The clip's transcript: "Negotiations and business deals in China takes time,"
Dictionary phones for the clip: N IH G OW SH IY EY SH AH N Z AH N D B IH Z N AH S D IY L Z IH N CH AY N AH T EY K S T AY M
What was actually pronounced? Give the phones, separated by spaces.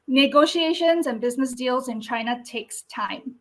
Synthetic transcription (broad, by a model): N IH G OW SH IY EY SH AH N Z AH N B IH Z N AH S D IY L Z IH N CH AY N AH T EY K S T AY M